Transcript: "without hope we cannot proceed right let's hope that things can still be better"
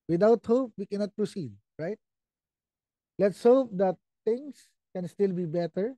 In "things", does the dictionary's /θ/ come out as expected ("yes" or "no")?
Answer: no